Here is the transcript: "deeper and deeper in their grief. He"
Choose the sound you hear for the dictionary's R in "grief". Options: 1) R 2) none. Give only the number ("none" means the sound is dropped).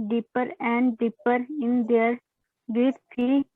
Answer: 2